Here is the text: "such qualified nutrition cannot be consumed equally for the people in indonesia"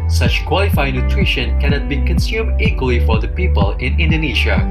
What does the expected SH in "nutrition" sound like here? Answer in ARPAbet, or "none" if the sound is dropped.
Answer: SH